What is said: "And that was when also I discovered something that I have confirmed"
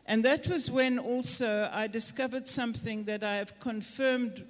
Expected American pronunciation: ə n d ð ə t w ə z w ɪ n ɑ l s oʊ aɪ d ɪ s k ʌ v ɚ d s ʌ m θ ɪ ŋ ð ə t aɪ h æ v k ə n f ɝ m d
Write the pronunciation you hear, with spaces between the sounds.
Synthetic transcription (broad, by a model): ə n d ð ə t w ə z w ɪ n ɑ l s oʊ aɪ d ɪ s k ʌ v ɚ d s ʌ m θ ɪ ŋ ð ə t aɪ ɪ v k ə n f ɝ m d